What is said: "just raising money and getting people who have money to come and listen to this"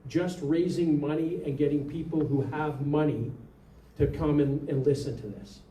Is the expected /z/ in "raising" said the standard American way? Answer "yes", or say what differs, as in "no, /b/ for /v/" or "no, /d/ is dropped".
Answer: yes